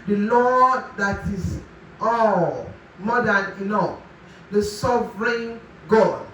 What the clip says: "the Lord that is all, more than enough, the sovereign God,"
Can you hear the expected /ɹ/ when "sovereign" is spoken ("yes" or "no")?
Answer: yes